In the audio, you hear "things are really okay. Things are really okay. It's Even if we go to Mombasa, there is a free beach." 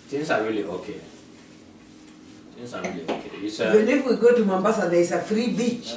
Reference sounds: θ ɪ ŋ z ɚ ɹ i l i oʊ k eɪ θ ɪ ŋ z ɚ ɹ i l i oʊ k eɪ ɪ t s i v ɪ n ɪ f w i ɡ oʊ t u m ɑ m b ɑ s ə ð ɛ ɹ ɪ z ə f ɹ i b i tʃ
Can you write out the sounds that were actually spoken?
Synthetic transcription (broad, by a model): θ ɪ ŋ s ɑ ɹ i l i oʊ k eɪ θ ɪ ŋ s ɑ ɹ i l i oʊ k eɪ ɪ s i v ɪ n ɪ f w i ɡ oʊ t u m ɑ m b ɑ s ə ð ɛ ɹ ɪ s ə f ɹ i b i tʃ